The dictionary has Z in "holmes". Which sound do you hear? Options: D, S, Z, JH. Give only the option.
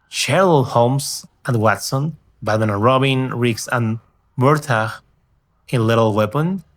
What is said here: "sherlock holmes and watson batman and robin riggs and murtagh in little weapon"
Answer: S